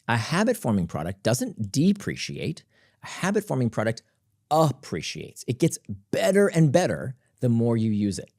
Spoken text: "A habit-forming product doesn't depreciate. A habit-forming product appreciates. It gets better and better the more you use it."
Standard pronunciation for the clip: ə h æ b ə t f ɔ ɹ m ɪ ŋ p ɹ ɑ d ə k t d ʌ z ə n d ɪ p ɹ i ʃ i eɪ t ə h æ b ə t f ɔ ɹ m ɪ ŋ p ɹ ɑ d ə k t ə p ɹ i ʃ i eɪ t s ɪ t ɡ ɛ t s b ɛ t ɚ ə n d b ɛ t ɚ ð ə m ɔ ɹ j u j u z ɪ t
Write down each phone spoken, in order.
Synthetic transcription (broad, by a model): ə h æ b ə t f ɔ ɹ m ɪ ŋ p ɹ ɑ d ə k d ʌ z ə n d ɪ p ɹ i ʃ i eɪ t ə h æ b ə t f ɔ ɹ m ɪ ŋ p ɹ ɑ d ə k t ə p ɹ i ʃ i eɪ t s ɪ t ɡ ɛ t s b ɛ t ɚ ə n b ɛ t ɚ ð ə m ɔ ɹ j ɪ j u z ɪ t